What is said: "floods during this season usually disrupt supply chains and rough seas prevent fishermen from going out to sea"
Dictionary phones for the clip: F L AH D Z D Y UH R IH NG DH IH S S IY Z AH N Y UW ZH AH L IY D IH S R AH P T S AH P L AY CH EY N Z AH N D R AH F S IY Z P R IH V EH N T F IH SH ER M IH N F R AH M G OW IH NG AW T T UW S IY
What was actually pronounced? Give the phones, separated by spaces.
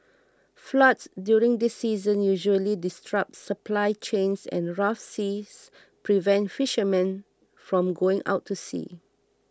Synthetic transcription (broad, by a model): F L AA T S D Y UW R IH NG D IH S S IY Z AH N Y UW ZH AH L IY D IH S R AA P T S AH P L AY CH EY N S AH N R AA F S IY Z P R IH V EH N T F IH SH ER M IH N F R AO M G OW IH NG AW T T UW S IY